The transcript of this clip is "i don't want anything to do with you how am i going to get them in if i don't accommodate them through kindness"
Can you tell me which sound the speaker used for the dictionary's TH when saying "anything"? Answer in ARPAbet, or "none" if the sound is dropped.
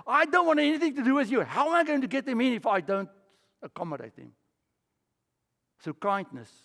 TH